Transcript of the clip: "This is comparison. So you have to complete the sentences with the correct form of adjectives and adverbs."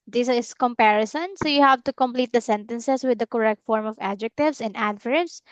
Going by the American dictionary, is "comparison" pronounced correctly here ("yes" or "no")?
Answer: yes